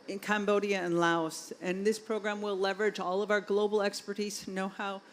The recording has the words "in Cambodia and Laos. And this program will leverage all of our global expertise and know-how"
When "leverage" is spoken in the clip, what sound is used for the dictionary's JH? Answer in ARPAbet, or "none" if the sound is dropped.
JH